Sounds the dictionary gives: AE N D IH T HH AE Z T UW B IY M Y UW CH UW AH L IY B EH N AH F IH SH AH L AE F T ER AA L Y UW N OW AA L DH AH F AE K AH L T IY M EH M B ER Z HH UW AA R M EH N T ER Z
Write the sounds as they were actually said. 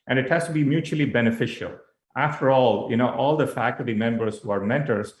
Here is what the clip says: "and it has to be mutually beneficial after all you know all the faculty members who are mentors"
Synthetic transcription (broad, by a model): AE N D IH T HH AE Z T UW B IY M Y UW CH UW AH L IY B EH N AH F IH SH AH L AE F T ER AA L Y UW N OW AA L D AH F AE K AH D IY M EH M B ER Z HH UW AA R M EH N T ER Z